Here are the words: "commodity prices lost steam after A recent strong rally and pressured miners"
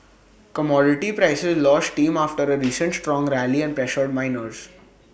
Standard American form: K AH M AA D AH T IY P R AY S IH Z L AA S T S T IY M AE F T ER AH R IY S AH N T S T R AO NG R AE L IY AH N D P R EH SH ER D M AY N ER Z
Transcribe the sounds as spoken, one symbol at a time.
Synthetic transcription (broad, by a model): K AH M AA D AH T IY P R AY S IH Z L AA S T T IY M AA F T ER AH R IY S AH N T S T R AO NG R AE L IY AH N D P R EH SH ER D M AY N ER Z